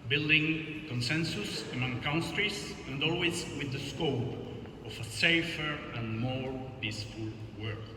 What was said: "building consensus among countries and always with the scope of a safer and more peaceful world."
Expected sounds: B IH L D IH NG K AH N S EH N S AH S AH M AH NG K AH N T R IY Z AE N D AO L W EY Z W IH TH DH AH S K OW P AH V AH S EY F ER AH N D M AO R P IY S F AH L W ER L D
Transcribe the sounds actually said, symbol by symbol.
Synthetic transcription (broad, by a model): B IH L D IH NG K AH N S EH N S AH S AH M AH NG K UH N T R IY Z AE N D AO L W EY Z W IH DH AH S K OW P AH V AH S EY F ER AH N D M AO R P IY S F AH L W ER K